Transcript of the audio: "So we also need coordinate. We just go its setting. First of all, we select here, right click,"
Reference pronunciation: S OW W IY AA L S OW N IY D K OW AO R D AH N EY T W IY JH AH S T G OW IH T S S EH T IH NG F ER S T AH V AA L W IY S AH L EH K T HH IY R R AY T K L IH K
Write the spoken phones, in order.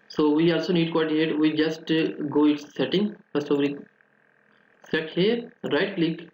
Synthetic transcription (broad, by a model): S OW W IY AA L S OW N IY D K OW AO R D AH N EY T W IY JH AH S T G OW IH T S S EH T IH NG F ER S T AH V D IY S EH T HH IY R R AY T L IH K